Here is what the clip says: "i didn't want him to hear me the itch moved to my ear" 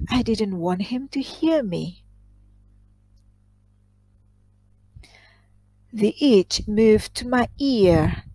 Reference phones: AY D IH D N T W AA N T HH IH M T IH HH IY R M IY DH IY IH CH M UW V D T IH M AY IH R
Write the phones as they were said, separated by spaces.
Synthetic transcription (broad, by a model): AY D IH D N T W AA N T HH IH M T IH HH IY R M IY DH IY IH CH M UW V T IH M AY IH R